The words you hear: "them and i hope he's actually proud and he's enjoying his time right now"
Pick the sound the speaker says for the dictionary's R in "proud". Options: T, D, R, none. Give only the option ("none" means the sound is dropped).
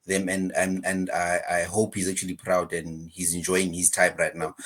R